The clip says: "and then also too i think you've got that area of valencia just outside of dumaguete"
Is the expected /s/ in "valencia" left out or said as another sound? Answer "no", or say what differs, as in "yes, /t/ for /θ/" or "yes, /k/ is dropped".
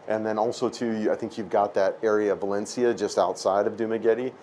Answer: no